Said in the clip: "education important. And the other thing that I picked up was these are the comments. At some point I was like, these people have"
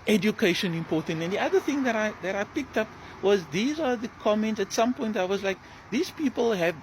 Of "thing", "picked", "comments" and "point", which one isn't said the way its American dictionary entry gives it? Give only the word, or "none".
none